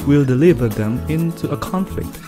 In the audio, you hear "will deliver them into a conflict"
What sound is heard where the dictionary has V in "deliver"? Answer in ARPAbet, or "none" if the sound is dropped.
V